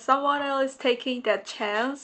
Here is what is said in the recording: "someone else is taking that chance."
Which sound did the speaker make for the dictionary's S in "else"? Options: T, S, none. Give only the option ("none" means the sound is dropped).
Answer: none